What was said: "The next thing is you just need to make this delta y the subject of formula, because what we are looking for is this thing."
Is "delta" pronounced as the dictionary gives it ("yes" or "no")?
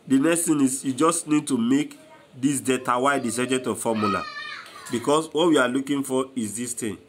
no